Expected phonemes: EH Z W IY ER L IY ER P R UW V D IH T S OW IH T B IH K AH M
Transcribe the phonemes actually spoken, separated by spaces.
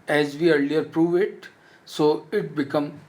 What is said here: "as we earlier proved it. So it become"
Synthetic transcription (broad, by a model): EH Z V IY ER L IY ER P R UW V IH T S OW IH T B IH K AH M